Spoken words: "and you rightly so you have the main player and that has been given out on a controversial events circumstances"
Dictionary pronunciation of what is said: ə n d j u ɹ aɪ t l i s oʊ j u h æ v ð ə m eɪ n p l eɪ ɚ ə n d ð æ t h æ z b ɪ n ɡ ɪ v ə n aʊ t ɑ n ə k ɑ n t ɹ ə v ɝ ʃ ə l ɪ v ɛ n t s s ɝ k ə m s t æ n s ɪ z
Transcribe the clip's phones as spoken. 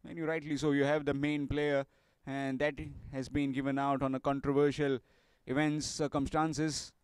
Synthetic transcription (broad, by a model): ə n j u ɹ aɪ t l i s oʊ j u h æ v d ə m eɪ n p l eɪ ɚ ə n d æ t h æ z b ɪ n ɡ ɪ v ə n aʊ t ɑ n ə k ɑ n t ɹ ə v ɝ ʃ ə l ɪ v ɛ n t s s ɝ k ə m s t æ n s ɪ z